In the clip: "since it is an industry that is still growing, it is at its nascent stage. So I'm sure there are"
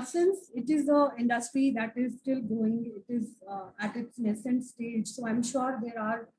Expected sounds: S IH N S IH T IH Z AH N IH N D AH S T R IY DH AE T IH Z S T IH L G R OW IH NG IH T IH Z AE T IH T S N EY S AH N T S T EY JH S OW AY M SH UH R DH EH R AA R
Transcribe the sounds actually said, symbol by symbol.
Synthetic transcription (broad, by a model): S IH N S IH T IH Z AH IH N D AH S T R IY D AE T IH Z S T IH L G OW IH NG IH T IH Z AE T IH T S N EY S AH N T S T EY JH S OW AY M SH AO R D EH R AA R